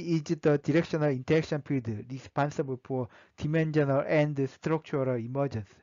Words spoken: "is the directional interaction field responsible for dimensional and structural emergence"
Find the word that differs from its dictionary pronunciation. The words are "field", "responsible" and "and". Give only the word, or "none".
field